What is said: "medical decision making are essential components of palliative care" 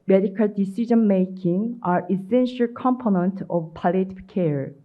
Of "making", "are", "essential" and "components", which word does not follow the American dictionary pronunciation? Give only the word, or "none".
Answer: components